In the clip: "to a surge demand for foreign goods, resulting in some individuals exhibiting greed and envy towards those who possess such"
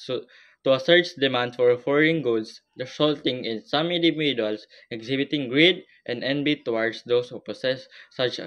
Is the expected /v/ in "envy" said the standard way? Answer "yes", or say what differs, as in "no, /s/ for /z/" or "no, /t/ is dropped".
no, /b/ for /v/